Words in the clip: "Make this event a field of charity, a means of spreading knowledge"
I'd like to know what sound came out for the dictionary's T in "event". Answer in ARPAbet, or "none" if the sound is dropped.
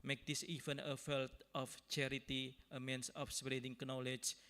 none